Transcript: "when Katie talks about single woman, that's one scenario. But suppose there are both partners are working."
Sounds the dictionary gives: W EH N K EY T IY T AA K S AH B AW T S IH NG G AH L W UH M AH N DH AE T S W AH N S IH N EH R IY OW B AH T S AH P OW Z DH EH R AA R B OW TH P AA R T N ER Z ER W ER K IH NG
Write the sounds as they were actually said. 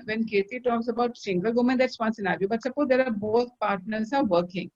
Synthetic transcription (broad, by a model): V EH N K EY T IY T AA K S AH B AW T S IH NG G AH L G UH M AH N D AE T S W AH N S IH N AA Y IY B AH T S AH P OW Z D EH R AA R B OW T P AA R T N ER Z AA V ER K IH NG